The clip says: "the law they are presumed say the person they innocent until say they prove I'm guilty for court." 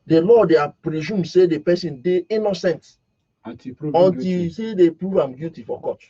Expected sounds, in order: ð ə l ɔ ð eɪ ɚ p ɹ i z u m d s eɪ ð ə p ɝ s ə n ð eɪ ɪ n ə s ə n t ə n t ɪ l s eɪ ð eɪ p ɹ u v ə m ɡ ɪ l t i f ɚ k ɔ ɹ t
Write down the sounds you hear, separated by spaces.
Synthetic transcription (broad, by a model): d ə l ɔ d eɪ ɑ p ɹ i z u m s eɪ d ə p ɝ s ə n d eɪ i n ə s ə n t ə n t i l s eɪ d eɪ p ɹ u v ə m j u t i f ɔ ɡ ɔ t